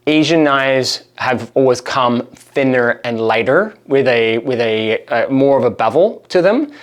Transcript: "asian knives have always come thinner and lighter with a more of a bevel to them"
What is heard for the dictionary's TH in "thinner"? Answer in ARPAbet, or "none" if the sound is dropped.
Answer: TH